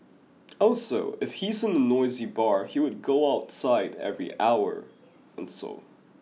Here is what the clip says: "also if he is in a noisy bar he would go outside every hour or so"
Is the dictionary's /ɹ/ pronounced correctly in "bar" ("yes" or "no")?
yes